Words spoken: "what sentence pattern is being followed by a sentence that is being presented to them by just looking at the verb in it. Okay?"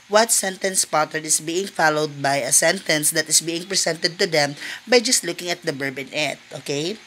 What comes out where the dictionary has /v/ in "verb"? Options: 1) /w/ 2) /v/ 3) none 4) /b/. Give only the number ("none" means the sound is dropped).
4